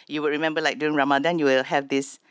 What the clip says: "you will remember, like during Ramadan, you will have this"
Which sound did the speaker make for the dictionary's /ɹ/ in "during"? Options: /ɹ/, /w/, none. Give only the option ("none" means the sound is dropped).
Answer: none